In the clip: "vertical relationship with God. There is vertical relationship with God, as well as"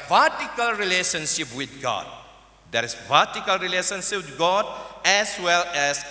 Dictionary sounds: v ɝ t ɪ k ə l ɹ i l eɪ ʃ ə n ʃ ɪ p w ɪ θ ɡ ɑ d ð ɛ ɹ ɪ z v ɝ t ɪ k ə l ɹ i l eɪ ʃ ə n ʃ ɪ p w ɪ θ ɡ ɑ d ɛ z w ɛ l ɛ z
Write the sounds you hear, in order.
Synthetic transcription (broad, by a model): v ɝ t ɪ k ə l ɹ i l eɪ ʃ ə n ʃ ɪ p w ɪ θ ɡ ɑ d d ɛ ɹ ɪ s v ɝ t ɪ k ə l ɹ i l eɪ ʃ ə n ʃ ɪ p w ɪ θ ɡ ɑ d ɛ s w ɛ l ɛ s